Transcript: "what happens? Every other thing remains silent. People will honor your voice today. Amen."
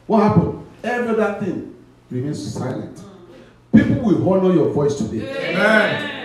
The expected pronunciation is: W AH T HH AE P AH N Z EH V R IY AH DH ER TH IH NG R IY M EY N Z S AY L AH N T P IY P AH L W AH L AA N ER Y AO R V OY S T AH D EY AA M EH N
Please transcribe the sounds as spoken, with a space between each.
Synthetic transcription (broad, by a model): W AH T HH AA P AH N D EH V R IY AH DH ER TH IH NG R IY M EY N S S AY L AH N T P IY P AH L W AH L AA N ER Y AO V OY S T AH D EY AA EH